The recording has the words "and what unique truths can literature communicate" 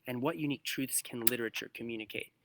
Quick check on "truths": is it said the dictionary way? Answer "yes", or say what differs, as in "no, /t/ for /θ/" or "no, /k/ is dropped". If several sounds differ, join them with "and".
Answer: yes